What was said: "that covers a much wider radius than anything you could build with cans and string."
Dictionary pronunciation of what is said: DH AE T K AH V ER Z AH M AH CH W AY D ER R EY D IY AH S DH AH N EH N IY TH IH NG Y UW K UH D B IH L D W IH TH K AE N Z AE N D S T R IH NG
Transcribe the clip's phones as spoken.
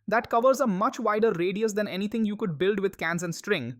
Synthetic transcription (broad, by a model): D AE T K AH V ER Z AH M AH CH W AY D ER R EY D IY AH S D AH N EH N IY T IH NG Y UW K UH D B IH L D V IH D K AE N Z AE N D S T R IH NG